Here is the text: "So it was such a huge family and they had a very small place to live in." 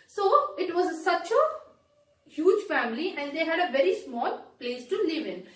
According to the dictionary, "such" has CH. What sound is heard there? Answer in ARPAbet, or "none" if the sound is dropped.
CH